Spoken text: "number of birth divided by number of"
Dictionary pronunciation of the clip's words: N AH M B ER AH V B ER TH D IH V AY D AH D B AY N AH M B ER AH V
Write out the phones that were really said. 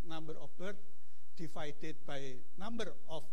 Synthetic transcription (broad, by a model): N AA M B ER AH F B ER T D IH F AY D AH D B AY N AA M B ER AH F